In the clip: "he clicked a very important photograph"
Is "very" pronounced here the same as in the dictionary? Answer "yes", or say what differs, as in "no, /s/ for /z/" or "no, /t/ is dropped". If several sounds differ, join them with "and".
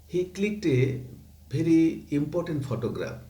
no, /b/ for /v/